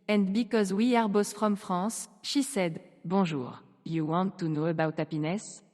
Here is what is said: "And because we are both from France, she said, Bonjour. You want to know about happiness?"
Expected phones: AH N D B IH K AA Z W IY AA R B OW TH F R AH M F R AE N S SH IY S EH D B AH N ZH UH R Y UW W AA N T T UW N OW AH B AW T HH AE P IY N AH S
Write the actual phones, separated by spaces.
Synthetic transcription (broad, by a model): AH N D B IH K AA Z W IY AA R B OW S F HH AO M F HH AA S SH IY S EH D B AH ZH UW R Y UW W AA N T T UW N OW AH B AW T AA P IY N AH S